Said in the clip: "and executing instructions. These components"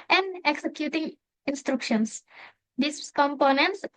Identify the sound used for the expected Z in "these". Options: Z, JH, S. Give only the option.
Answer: S